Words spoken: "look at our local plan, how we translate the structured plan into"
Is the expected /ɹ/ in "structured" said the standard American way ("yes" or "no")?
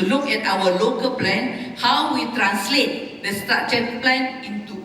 no